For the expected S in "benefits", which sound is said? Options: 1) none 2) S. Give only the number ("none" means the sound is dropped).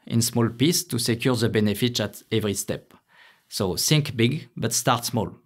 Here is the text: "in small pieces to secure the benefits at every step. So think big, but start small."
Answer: 1